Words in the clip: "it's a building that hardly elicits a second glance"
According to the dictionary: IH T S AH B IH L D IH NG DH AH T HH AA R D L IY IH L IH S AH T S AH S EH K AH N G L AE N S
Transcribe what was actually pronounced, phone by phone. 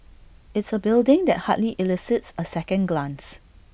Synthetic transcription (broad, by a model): IH T S AH B IH L D IH NG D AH T HH AA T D L IY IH L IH S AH T S AH S EH K AH N G L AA N S